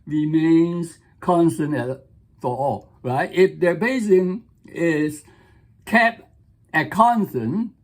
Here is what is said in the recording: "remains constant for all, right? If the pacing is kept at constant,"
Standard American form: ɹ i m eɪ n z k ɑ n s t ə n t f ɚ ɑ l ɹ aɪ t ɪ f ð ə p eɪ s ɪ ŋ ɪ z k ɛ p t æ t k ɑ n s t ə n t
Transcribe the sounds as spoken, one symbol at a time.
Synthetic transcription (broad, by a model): ɹ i m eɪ n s k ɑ n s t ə n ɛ f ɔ ɑ l ɹ aɪ t ɪ f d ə b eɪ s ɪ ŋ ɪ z k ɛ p ɛ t k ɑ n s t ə n